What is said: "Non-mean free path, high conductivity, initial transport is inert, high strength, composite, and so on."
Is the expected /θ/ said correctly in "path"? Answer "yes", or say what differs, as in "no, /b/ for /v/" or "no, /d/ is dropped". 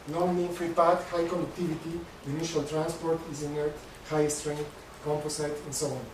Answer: no, /t/ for /θ/